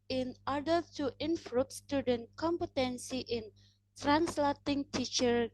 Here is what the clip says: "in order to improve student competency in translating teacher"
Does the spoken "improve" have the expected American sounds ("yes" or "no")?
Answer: no